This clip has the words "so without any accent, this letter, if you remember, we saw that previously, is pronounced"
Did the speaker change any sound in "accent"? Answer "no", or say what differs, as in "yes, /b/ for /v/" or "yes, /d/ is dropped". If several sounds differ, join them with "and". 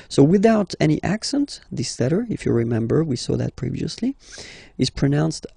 no